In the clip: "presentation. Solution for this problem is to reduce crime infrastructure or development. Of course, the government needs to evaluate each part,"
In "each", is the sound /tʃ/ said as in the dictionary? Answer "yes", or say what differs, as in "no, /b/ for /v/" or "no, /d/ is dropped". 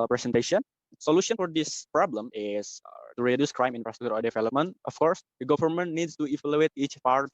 yes